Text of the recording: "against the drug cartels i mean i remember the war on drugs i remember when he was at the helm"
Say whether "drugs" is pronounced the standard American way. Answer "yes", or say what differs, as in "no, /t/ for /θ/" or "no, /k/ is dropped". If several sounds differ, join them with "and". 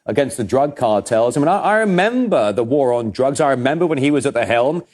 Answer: yes